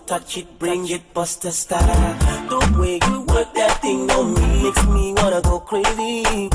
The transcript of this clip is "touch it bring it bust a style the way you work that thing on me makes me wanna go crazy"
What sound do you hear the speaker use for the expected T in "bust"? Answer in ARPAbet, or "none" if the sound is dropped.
T